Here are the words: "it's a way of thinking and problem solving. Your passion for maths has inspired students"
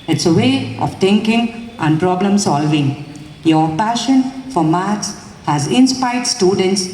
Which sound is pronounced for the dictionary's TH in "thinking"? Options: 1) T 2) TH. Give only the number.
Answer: 1